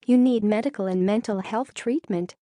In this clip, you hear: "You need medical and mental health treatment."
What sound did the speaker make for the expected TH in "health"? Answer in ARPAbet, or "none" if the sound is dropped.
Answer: TH